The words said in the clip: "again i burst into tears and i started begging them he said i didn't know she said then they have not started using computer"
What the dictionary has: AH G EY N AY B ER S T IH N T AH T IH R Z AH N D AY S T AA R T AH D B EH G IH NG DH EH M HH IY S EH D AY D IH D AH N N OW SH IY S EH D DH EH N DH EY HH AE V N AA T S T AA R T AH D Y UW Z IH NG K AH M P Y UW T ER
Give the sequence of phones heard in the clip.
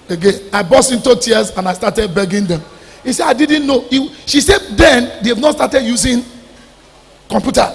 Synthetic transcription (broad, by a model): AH G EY N AY B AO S IH N T AH T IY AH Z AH N AY S T AA T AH D B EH G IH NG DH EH M HH IY S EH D AY D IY D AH N N OW SH IY S EH D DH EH N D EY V N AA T S T AA T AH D Y UW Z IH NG K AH M P Y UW T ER